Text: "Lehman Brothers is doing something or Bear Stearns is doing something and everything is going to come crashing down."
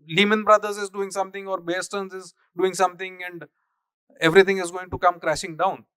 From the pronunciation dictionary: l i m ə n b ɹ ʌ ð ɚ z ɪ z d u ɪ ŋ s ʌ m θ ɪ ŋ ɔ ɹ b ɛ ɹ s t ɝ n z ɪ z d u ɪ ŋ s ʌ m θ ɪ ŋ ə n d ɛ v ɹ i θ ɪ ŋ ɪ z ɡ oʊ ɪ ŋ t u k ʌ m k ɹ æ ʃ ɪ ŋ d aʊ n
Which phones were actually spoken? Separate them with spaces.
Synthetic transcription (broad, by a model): l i m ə n b ɹ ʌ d ɚ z ɪ z d u ɪ ŋ s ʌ m t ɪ ŋ ɔ ɹ b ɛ s t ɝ n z ɪ z d u ɪ ŋ s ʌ m t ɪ ŋ ə n d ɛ v ɹ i t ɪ ŋ ɪ z ɡ oʊ ɪ ŋ t u k ʌ m k ɹ æ ʃ ɪ ŋ d aʊ n